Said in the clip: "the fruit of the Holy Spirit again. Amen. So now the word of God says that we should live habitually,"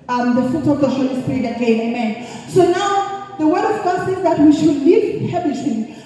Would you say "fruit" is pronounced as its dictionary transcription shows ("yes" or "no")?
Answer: no